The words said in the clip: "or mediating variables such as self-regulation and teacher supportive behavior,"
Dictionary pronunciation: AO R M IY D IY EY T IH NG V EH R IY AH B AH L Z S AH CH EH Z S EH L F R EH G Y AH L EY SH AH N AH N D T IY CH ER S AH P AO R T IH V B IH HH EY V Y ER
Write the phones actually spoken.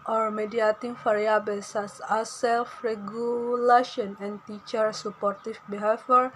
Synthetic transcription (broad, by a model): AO R M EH D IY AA T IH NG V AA R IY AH B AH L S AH S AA S EH L F R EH G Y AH L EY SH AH N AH N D T IY CH ER S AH P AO R T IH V B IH HH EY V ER